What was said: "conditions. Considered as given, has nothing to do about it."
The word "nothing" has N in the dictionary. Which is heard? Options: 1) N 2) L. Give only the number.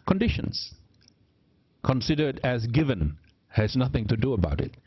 1